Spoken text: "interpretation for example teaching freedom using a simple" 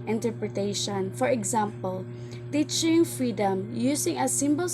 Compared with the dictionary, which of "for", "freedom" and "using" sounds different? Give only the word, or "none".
using